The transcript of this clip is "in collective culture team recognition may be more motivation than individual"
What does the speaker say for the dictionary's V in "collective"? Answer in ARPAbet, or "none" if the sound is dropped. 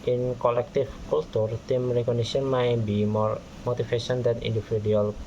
F